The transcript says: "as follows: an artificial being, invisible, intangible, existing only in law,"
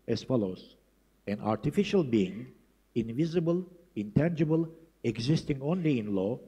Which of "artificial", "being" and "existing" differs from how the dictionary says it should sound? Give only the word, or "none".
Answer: none